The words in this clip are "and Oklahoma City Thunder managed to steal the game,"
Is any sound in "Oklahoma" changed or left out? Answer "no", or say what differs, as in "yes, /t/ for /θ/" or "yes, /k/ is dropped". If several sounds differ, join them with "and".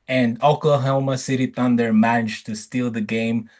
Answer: yes, /l/ is dropped